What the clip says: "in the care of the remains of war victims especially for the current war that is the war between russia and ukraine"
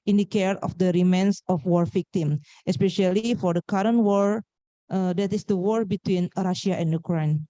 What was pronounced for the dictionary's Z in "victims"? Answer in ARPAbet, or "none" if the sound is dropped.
none